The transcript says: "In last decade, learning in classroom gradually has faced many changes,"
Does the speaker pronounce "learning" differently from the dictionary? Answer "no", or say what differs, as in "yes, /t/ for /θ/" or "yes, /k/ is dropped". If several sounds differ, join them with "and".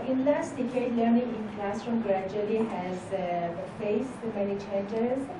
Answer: no